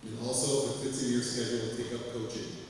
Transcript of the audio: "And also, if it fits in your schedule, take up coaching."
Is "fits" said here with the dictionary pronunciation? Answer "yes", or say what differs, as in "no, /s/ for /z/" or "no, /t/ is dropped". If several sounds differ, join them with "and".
no, /s/ is dropped